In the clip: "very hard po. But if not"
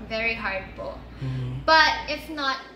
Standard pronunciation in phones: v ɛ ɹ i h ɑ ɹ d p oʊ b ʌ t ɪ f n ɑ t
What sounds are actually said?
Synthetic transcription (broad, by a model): v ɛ ɹ i h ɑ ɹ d b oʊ b ʌ t ɪ f n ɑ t